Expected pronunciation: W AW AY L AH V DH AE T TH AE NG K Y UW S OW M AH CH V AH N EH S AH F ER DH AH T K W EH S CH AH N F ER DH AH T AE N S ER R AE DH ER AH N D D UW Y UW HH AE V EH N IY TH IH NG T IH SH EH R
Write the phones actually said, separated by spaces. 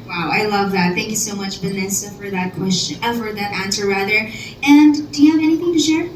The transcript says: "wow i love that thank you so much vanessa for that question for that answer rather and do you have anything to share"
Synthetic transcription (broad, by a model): W AW AY L AH V DH AE T TH AE NG K Y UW S OW M AH CH B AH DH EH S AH F ER DH AH T K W EH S CH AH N F ER DH AH T AE N S ER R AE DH ER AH N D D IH Y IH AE V EH N IY TH IH NG T IH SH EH R